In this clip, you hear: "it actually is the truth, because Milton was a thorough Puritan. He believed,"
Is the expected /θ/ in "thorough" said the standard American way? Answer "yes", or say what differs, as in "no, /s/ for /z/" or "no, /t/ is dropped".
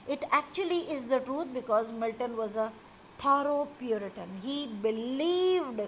no, /t/ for /θ/